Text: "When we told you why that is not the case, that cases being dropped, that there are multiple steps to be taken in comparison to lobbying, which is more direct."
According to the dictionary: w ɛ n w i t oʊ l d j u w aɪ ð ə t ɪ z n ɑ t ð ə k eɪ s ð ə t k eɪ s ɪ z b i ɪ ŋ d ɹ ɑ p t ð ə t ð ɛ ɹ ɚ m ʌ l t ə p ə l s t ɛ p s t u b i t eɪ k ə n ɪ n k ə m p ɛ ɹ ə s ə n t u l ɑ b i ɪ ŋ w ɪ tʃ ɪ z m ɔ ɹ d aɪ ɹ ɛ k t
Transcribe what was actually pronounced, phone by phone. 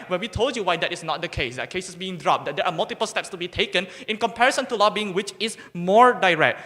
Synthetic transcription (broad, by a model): w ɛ n w i t oʊ l d j u w aɪ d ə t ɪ s n ɑ t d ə k eɪ s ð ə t k eɪ s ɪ s b i ɪ ŋ d ɹ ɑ p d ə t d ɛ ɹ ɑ m ʌ l t ə p ə l s t ɛ p s t u b i t eɪ k ə n ɪ n k ə m p ɛ ɹ ə s ə n t u l ɑ b i ɪ ŋ w ɪ tʃ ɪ s m ɔ ɹ d aɪ ɹ ɛ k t